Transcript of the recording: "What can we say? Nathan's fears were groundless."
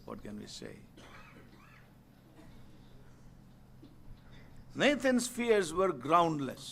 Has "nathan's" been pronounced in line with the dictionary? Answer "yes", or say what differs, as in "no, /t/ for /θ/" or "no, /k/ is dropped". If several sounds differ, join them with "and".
no, /t/ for /θ/